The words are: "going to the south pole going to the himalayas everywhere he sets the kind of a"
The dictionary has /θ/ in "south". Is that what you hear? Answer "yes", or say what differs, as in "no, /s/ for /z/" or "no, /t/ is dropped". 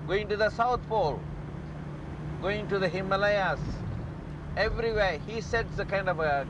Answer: no, /t/ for /θ/